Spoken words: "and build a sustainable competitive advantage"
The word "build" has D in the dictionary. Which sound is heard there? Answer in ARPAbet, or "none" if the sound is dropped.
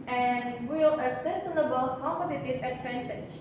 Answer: none